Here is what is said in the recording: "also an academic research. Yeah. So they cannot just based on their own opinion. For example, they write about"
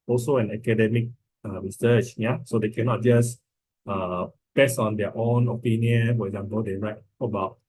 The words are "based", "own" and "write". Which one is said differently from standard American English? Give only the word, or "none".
based